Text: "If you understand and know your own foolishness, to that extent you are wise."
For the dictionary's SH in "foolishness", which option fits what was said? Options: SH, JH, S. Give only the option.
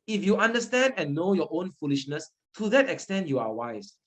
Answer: SH